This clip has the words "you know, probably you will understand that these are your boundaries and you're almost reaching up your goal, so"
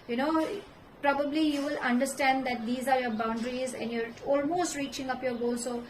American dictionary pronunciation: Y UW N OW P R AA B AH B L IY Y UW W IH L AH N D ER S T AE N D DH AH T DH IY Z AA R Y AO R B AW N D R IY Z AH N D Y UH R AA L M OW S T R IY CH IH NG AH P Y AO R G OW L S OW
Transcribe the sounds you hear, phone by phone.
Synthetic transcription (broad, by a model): Y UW N OW P R AA B AH B L IY Y UW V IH L AH N D ER S T AE N D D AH T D IY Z AA R Y AO R B AW N D R IY Z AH N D Y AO R AA L M OW S T R IY CH IH NG AH P Y AO R G OW L S OW